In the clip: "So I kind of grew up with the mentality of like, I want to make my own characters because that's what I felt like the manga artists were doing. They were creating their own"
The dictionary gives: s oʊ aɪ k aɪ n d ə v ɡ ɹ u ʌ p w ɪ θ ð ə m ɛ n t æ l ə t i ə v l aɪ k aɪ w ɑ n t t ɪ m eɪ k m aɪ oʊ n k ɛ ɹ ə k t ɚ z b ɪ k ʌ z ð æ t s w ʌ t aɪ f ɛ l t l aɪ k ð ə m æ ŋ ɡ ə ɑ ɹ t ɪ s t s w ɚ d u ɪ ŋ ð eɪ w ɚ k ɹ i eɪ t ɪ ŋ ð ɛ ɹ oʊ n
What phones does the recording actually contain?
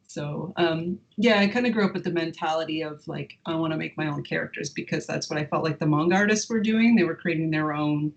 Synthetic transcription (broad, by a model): s oʊ aɪ k aɪ n d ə ɡ ɹ u ʌ p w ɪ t ð ə m ɛ n t æ l ə t i ə v l aɪ k aɪ w ɑ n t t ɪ m eɪ k m aɪ oʊ n k ɛ ɹ ə k t ɚ z b ɪ k ʌ z ð æ t s w ʌ t aɪ f ɛ l t l aɪ k ð ə m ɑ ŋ ɡ ɑ ɹ t ɪ s t s w ɚ d u ɪ ŋ ð eɪ w ɚ k ɹ i eɪ t ɪ ŋ ð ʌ ɹ oʊ n